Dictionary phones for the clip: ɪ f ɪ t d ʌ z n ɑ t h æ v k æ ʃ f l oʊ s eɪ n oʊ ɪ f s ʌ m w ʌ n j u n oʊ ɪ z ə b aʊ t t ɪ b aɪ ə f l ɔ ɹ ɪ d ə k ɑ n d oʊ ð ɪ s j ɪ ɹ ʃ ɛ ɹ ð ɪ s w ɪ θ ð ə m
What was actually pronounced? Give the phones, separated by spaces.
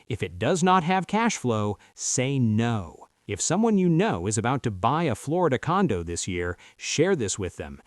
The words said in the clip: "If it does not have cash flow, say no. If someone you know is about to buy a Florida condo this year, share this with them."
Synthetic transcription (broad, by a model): ɪ f ɪ t d ʌ z n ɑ t h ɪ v k æ ʃ f l oʊ s eɪ n oʊ ɪ f s ʌ m w ʌ n j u n oʊ ɪ z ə b aʊ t t ɪ b aɪ ə f l ɔ ɹ ɪ d ə k ɑ n d oʊ ð ɪ s j ɪ ɹ ʃ ɛ ɹ ð ɪ s w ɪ ð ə m